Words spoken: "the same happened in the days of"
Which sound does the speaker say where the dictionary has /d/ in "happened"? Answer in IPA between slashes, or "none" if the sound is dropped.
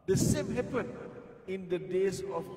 none